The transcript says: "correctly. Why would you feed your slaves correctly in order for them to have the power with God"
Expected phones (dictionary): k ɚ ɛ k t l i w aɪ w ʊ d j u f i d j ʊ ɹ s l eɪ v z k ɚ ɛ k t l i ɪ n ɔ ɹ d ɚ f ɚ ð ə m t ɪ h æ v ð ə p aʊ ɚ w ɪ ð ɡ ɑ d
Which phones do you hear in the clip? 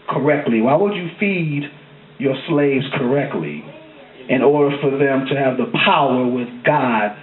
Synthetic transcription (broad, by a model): k ɚ ɛ k t l i w aɪ w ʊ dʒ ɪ f i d j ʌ ɹ s l eɪ v z k ɚ ɛ k t l i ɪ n ɔ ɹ d ɚ f ɚ ð ə m t ɪ v ð ə p aʊ ɚ w ɪ ð ɡ ɑ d